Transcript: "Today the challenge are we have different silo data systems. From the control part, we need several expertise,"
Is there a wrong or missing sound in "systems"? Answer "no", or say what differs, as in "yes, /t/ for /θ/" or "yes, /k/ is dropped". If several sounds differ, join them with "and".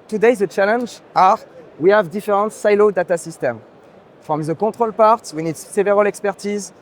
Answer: yes, /z/ is dropped